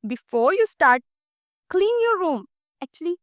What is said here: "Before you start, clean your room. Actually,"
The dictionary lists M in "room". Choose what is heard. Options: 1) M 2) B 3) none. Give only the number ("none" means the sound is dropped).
1